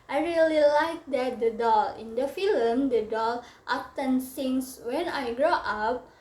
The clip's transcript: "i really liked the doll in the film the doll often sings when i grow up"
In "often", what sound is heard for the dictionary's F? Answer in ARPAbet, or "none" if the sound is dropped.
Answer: P